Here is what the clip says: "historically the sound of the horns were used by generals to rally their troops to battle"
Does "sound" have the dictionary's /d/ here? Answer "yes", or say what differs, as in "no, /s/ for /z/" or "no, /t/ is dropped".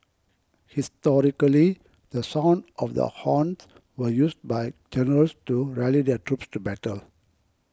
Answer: yes